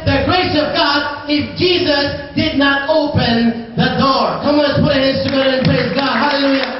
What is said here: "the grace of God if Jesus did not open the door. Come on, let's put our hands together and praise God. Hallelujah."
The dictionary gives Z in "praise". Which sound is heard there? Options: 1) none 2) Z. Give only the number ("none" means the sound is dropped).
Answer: 2